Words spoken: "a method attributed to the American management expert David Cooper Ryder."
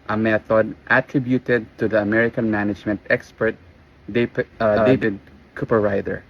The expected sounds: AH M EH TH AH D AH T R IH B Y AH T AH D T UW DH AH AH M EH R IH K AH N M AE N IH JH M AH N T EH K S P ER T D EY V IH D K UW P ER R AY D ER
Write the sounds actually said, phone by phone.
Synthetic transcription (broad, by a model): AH M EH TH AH D AH T R IH B Y AH T AH D T UW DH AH AH M EH R IH K AH N M AE N IH JH M AH N T EH K S P ER T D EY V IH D K UW P ER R AY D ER